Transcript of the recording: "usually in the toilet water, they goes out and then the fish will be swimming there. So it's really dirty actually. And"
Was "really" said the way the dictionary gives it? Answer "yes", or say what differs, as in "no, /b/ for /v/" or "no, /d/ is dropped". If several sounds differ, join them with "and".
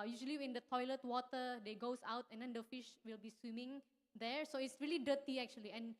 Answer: yes